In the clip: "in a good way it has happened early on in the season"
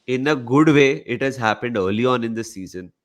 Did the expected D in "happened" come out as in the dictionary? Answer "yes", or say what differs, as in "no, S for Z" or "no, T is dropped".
yes